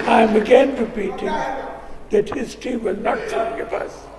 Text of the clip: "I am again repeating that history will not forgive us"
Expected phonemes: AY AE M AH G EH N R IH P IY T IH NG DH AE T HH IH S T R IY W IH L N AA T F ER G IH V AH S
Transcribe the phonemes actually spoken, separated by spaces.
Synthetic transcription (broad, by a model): AY M AH G EH N R IH P IY T IH NG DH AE T HH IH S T IY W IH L N AA T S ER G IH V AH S